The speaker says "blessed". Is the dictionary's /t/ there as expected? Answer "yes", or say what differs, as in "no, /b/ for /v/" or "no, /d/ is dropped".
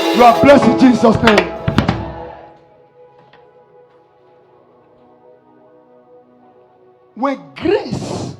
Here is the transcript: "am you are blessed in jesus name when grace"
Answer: no, /t/ is dropped